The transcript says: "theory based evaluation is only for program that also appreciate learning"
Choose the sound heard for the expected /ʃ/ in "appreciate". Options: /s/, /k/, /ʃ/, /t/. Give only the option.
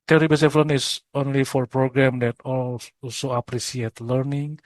/s/